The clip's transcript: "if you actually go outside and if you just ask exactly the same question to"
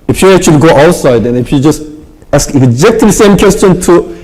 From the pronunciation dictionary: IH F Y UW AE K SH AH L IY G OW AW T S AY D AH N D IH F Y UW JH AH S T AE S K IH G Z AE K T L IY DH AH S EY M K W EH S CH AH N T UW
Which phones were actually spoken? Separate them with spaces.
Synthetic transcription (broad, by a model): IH F Y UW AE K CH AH L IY G OW AW T S AY D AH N IH F Y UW JH AH S T AE S K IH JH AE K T IY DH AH S EY M K W EH S CH AH N T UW